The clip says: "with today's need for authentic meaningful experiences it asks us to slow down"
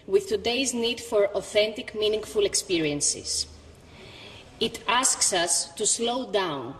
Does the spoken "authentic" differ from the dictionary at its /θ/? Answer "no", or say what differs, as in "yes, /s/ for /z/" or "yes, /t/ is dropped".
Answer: no